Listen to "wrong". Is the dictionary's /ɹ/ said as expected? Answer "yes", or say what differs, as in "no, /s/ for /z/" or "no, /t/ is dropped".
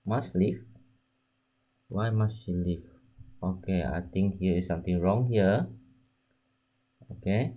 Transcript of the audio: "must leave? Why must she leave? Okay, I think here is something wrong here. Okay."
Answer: yes